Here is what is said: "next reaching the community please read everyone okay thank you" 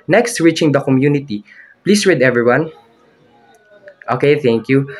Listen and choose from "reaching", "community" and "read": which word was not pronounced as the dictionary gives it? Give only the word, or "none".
none